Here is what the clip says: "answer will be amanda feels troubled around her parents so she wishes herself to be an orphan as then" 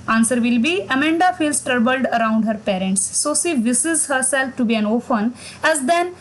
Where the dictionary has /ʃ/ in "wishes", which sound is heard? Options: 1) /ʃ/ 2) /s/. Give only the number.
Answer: 2